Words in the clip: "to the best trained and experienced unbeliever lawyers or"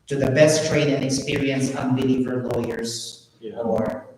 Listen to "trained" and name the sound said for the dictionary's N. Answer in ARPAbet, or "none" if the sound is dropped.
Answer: none